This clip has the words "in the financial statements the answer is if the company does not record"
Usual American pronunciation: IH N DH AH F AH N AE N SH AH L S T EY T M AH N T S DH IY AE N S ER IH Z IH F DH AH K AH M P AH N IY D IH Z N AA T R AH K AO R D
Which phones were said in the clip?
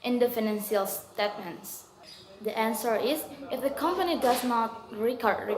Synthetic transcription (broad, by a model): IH N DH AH F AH N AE N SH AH L S T EY T M AH N T S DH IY AE N S ER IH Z IH F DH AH K AH M P AH N IY D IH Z N AA T R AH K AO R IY